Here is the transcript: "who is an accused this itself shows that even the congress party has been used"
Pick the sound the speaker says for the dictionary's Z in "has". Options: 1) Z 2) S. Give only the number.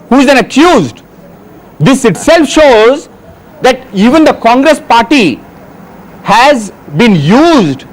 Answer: 1